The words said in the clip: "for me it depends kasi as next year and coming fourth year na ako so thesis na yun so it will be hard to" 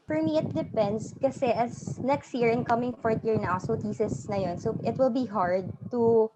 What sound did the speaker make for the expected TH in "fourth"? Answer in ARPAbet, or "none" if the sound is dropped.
T